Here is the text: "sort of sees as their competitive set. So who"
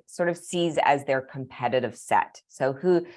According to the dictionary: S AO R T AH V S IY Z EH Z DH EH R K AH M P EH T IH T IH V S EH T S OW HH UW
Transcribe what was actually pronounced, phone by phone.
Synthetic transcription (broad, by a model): S AO R T AH V S IY Z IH Z DH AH R K AH M P EH T IH T IH V S EH T S OW HH UW